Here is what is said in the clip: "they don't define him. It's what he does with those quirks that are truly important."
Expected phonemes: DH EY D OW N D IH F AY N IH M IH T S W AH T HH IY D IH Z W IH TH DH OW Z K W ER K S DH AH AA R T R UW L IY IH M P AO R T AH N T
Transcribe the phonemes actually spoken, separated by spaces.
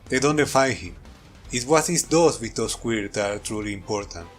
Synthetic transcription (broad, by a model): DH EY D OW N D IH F AY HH IH M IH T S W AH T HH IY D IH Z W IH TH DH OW S K W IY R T AA R T R UW L IY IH M P AO R T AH N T